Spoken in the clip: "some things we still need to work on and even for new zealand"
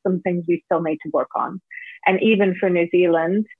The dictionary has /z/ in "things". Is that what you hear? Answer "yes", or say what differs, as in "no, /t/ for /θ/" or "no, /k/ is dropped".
yes